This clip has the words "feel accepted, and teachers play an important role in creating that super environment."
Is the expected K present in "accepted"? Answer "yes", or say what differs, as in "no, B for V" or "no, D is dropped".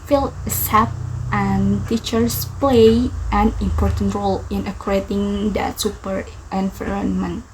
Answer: no, K is dropped